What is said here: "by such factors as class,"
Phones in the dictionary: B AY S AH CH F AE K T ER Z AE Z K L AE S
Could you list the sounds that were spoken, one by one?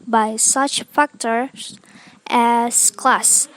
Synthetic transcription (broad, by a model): B AY S AH CH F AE K T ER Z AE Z K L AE S